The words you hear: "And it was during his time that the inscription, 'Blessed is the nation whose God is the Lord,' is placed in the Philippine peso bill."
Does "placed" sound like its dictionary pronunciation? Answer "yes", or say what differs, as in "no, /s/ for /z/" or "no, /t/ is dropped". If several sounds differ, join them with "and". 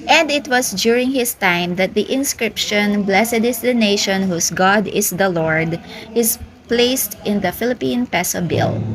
yes